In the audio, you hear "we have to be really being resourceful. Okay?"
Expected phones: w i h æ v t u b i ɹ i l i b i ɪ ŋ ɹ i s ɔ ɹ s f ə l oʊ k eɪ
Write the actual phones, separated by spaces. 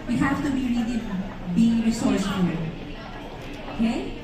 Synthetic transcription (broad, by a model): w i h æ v t u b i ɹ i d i b i ɪ ŋ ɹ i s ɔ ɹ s ə n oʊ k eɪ